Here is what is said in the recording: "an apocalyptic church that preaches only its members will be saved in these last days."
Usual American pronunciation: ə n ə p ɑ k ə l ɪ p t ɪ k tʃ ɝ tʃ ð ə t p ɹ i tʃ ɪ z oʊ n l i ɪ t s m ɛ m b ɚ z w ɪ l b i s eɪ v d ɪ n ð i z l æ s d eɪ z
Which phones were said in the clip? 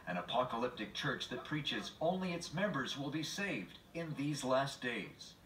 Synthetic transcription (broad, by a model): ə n ə p ɑ k ə l ɪ p t ɪ k tʃ ɝ tʃ ð ə t p ɹ i tʃ ɪ z oʊ n l i ɪ t s m ɛ m b ɚ z w ɪ l b i s eɪ v d ɪ n ð i z l æ s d eɪ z